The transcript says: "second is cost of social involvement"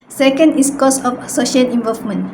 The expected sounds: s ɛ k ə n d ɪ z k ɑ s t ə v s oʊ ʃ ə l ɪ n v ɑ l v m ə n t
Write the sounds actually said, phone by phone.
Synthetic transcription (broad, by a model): s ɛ k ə n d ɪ s k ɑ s ə f s oʊ ʃ ə l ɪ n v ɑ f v m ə n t